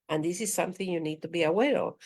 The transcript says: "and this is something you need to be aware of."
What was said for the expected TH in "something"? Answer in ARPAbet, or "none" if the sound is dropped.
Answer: TH